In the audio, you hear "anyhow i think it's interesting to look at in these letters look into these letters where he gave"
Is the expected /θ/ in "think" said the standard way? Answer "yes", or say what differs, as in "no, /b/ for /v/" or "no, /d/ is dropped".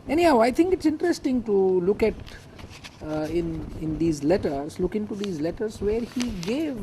no, /t/ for /θ/